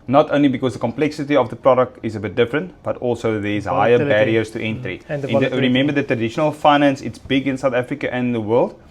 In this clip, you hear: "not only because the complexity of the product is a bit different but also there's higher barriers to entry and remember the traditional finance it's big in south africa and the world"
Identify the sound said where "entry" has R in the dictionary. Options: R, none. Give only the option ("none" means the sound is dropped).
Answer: R